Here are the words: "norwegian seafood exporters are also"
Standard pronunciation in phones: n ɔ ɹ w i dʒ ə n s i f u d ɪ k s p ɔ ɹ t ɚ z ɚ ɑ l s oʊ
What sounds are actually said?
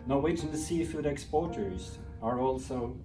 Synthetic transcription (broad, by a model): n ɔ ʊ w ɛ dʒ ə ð s i f u d ɪ k s p ɔ ɹ t ɚ z ɚ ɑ l s oʊ